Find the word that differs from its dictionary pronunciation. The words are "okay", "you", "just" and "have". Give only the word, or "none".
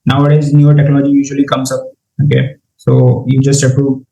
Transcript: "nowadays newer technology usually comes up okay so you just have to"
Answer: have